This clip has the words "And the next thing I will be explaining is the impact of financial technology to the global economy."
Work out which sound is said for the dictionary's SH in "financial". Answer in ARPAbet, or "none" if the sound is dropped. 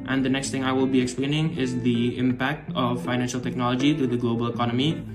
SH